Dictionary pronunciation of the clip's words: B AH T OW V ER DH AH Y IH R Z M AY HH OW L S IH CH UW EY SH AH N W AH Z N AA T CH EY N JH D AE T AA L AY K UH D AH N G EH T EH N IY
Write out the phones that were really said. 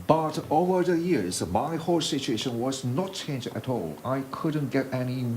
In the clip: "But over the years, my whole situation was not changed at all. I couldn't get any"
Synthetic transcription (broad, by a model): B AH T OW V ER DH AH Y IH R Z M AY HH OW L S IH CH UW EY SH AH N W AH Z N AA T CH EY N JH AE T AA L AY K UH D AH N G EH T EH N IY